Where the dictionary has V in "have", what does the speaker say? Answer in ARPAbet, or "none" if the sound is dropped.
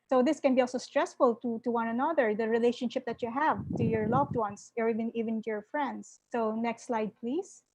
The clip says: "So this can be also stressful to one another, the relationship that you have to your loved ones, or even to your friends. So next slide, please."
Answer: V